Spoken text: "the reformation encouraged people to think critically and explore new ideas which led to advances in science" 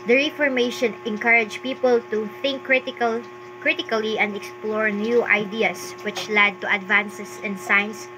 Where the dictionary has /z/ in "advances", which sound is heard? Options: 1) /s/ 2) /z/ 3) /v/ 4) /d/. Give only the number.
1